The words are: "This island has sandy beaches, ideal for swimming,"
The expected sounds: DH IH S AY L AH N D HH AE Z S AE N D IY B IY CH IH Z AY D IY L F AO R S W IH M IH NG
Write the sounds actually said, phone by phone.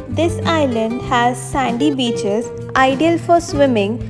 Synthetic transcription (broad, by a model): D IH S AY L AH N D HH AE Z S AE N D IY B IY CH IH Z AY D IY L F AO R S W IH M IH NG